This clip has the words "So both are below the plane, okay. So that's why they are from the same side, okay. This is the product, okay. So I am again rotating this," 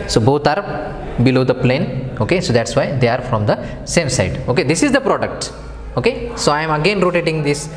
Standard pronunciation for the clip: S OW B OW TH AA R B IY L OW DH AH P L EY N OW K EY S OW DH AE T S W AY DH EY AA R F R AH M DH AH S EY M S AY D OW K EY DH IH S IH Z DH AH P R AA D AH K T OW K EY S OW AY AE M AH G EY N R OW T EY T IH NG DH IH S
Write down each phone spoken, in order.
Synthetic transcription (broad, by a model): S OW B OW T AA R B IY L OW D AH P L EY N OW K EY S OW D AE T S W AY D EY AA R F R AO M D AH S EY M S AY D OW K EY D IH S IH Z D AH P R AA D AH K T OW K EY S OW AY M AH G EY N R OW T EY T IH NG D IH S